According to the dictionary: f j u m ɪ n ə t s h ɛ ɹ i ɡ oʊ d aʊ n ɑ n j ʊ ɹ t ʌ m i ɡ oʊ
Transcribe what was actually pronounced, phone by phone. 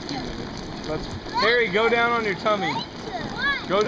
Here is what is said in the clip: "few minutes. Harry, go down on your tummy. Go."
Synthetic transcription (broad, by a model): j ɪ l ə t s h ɛ ɹ i ɡ oʊ d aʊ n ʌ n j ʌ ɹ t ʌ m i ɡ oʊ